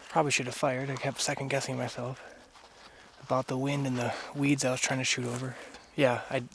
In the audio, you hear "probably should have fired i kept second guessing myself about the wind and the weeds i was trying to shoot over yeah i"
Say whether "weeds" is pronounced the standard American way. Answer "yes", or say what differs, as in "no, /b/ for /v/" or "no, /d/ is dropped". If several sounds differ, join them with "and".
yes